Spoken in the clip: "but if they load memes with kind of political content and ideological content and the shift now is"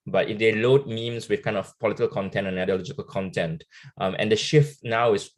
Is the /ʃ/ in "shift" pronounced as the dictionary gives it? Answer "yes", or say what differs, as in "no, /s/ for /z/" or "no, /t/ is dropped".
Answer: yes